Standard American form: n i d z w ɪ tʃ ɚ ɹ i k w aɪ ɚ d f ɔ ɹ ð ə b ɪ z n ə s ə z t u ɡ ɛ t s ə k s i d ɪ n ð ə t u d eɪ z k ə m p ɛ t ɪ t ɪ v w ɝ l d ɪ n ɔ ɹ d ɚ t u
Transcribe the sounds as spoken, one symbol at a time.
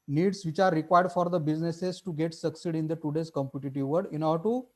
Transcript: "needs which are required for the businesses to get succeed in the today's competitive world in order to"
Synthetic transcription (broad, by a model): n i d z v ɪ tʃ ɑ ɹ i k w aɪ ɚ d f ɔ ɹ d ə b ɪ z n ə s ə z t u ɡ ɛ t s ə k s i d ɪ n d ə t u d eɪ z k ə m p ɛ t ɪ t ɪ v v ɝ d ɪ n ɔ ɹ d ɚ t u